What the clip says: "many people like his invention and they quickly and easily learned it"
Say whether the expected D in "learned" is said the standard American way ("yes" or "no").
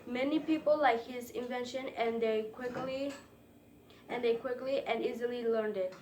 yes